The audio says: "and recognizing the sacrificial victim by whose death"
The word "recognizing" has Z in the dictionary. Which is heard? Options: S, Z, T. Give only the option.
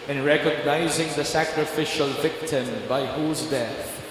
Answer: Z